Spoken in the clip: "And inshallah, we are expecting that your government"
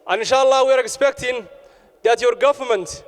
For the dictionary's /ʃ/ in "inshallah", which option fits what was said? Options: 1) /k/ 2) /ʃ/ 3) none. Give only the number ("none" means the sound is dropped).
2